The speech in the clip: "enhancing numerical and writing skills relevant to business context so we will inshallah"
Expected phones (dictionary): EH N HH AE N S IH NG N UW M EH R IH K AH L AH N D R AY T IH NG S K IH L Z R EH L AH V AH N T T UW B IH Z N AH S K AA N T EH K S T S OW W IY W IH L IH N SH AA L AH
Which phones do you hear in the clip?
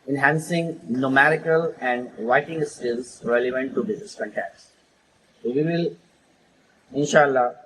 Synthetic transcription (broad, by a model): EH N HH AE N S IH NG N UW M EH R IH K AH L AH N D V AY T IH NG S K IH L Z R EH L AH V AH N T T UW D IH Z AH S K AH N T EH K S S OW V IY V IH L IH N SH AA L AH